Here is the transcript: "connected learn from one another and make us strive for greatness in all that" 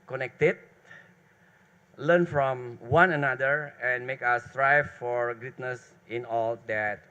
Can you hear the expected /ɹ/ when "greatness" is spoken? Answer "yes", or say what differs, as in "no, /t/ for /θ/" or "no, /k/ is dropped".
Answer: no, /ɹ/ is dropped